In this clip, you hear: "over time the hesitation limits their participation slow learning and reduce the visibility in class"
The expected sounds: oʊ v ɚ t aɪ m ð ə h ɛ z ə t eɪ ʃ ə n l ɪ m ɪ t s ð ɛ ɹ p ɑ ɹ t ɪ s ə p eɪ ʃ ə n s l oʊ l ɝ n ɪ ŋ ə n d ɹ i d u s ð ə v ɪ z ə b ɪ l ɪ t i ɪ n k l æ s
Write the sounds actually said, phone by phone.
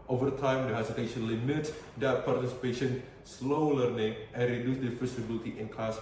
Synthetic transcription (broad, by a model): oʊ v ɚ t aɪ m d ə h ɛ s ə t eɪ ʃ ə n l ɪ m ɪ t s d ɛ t p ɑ ɹ t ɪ s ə p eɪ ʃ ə n s l oʊ l ɝ n ɪ ŋ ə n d ɹ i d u s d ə f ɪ s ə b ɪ l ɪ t i ɪ n k l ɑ s